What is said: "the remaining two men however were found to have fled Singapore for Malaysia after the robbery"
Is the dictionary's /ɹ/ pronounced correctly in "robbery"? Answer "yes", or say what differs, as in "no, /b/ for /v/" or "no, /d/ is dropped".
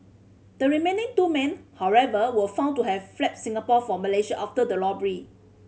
no, /l/ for /ɹ/